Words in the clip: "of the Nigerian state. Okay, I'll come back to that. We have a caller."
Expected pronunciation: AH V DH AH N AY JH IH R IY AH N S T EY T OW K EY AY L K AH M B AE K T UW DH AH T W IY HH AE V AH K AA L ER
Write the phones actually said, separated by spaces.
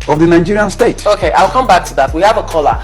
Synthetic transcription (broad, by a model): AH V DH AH N AY JH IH R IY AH N S T EY T OW K EY AY L K AH M B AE K T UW DH AH T W IY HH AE V AH K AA L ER